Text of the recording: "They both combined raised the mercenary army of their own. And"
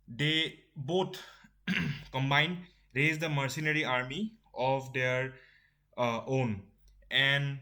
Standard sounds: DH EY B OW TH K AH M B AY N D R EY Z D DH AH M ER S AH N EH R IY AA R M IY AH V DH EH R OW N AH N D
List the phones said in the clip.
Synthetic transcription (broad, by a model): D EY B OW T K AH M B AY N D R EY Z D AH M ER S AH N EH R IY AA R M IY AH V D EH R OW N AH N D